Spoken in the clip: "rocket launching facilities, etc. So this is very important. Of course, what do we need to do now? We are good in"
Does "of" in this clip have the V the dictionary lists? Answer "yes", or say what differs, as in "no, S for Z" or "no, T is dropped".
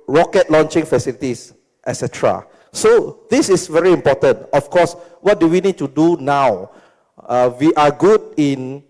no, F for V